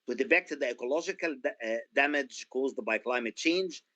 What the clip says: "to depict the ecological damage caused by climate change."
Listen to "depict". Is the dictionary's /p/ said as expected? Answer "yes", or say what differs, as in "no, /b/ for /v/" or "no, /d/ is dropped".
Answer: no, /b/ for /p/